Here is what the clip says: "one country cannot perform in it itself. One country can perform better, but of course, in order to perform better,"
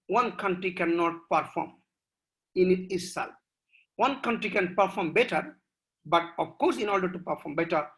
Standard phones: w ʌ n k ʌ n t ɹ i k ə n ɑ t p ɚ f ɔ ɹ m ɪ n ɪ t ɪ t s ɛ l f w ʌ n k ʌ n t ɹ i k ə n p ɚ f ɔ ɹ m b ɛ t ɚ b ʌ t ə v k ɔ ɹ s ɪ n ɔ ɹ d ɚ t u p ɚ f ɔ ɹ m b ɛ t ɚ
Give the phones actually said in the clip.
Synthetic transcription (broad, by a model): w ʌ n k ʌ n t ɹ i k ə n ɑ t p ɚ f ɔ ɹ m ɪ n ɪ t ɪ s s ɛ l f w ʌ n k ʌ n t ɹ i k ə n p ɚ f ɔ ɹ m b ɛ t ɚ b ʌ t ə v k ɔ ɹ s ɪ n ɔ ɹ d ɚ t u p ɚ f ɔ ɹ m b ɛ t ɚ